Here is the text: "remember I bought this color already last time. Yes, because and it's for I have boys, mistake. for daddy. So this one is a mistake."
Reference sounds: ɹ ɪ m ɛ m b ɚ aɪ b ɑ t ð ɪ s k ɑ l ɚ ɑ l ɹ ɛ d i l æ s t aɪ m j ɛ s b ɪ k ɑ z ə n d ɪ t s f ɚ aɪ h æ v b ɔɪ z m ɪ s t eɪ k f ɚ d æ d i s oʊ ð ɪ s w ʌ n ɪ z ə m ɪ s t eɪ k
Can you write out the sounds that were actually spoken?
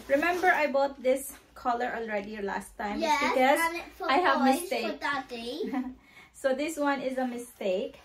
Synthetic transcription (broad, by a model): ɹ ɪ m ɛ m b ɚ aɪ b ɑ t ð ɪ s k ɑ l ɚ ɑ l ɹ ɛ d i l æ s t aɪ m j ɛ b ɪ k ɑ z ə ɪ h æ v m ɪ s t eɪ k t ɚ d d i s oʊ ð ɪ s w ʌ n ɪ z ə m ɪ s t eɪ k